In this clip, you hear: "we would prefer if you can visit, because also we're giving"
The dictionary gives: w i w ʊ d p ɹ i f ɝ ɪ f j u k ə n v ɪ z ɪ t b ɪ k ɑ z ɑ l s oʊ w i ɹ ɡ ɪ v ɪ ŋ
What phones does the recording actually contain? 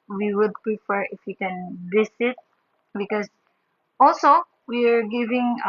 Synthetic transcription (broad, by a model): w i w ʊ d p ɹ i f ɝ ɪ f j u k ə n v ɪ s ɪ t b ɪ k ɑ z ɑ l s oʊ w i ɹ ɡ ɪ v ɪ ŋ